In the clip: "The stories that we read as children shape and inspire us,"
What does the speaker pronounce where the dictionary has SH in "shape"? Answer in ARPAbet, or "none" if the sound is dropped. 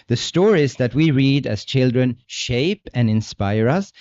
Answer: SH